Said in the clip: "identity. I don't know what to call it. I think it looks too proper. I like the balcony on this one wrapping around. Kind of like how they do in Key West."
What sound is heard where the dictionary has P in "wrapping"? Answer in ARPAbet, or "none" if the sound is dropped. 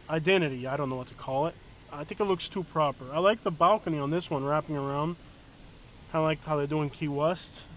P